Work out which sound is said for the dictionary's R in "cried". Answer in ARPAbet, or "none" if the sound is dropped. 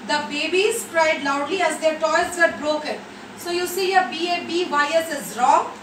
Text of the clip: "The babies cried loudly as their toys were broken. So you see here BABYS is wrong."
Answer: R